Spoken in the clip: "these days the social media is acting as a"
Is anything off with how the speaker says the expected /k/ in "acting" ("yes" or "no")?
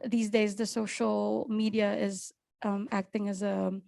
no